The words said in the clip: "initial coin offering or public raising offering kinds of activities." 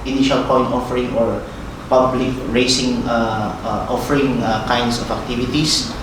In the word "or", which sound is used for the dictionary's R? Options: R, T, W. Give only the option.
R